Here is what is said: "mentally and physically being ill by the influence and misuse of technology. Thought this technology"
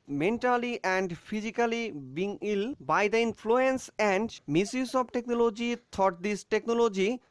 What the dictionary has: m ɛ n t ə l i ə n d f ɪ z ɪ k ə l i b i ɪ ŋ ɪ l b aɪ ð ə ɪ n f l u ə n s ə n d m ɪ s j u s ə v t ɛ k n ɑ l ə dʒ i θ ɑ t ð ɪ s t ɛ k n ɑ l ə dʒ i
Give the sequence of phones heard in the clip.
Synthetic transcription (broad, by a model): m ɛ n t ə l i ə n d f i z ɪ k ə l i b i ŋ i l b aɪ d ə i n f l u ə n s ə n d m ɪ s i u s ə b t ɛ k n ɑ l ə dʒ i t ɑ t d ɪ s t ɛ k n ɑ l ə dʒ i